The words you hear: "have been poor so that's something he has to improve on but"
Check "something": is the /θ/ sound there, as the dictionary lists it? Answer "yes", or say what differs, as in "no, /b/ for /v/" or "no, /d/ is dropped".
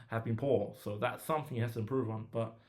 yes